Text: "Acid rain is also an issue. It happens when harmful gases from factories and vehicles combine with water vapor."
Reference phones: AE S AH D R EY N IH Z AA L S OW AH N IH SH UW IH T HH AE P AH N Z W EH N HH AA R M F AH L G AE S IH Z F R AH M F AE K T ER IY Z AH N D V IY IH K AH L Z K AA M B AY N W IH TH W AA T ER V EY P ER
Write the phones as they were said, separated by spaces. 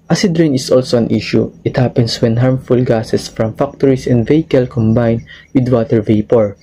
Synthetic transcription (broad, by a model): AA S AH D R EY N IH S AA L S OW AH N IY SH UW IH T HH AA P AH N S W EH N HH AA R M F AH L G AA S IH S F R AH M F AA K T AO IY S AH N D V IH K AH L K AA M B AY N W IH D W AA T ER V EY P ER